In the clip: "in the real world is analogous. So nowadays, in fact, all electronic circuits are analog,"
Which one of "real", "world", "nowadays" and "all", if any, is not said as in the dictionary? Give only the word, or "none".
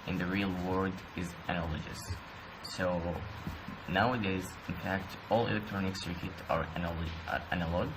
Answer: world